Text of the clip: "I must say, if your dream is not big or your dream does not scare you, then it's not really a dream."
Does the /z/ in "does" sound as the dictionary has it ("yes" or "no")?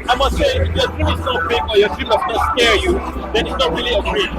no